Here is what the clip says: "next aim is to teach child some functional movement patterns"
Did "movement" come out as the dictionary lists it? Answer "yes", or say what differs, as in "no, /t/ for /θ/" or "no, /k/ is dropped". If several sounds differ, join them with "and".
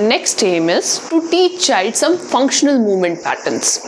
yes